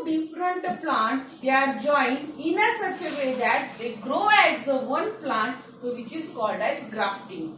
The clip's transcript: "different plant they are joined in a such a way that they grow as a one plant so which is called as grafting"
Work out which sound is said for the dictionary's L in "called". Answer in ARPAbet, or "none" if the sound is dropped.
L